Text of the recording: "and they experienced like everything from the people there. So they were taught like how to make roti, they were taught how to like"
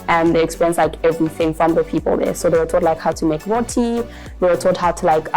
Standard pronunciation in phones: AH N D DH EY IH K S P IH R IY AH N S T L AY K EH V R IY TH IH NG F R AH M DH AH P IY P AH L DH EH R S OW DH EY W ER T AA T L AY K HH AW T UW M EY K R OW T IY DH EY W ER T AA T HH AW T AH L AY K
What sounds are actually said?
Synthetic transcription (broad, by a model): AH N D DH EY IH K S P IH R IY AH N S L AY K EH V R IY TH IH NG F R AH M DH AH P IY P AH L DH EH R S OW DH EY W ER T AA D L AY K HH AW T UW M EY K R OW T IY DH EY W ER T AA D HH AW T AH L AY K